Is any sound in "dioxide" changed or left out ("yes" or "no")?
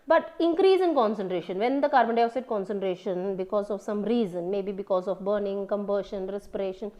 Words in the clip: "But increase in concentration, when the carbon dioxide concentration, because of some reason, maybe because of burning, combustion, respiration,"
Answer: yes